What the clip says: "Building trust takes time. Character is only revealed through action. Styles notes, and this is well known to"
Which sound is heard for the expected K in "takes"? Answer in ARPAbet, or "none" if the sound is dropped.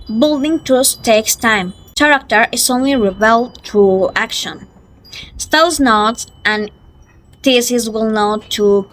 K